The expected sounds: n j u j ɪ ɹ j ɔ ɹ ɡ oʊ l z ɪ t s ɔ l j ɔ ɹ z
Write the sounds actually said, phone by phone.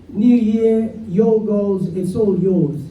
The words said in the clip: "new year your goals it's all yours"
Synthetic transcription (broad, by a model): n j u j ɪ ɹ j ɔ l ɡ oʊ l z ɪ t s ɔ l j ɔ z